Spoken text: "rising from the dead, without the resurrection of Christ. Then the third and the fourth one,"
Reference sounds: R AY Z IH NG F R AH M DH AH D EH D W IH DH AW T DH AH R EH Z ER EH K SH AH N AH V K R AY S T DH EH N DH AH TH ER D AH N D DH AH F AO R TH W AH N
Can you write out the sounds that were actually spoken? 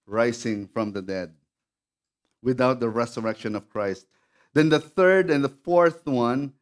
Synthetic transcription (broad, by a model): R AY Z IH NG F R AH M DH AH D EH D W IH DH AW T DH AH R EH S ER EH K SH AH N AH V K R AY S T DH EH N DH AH TH ER D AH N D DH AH F AO R TH W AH N